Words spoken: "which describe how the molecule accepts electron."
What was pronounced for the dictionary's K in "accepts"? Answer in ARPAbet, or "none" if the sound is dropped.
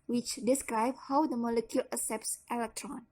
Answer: none